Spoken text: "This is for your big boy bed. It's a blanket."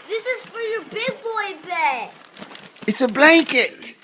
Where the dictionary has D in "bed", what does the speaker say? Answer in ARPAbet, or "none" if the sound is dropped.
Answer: none